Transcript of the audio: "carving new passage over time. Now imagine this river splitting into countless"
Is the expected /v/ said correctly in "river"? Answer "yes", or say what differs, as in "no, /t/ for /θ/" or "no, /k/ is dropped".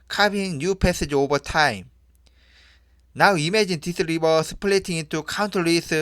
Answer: no, /b/ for /v/